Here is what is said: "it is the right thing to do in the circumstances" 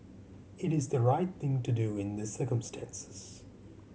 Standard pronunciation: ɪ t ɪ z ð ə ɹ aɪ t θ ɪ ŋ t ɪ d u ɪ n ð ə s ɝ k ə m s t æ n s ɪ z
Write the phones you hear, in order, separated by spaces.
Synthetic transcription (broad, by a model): ɪ t ɪ z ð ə ɹ aɪ t θ ɪ ŋ t ɪ d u ɪ n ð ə s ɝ k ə m s t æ n s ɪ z